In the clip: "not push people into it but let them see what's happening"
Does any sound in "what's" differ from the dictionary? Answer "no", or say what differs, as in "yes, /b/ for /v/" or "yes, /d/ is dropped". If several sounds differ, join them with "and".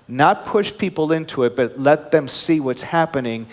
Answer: no